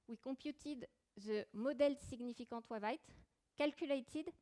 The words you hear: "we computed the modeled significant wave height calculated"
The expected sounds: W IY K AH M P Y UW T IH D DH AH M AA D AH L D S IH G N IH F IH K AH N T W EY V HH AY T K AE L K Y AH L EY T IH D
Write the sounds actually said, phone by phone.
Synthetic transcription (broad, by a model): W IY K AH P Y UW T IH D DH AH M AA D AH L S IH G N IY F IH K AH T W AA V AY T K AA L K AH L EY T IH D